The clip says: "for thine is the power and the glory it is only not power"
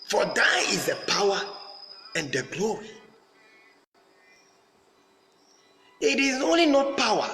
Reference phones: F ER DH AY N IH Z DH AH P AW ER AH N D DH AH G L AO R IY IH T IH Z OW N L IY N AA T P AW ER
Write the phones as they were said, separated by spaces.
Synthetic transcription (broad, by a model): F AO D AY IH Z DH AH P AW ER AH N D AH G L AO R IY IH T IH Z OW N L IY N AA T P AW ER